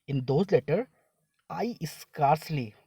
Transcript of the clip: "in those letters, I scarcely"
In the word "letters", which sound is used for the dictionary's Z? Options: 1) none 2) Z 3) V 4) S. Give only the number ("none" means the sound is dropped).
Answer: 1